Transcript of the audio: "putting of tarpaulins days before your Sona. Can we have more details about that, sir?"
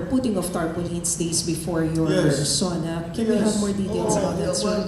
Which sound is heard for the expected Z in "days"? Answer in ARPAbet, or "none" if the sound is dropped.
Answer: S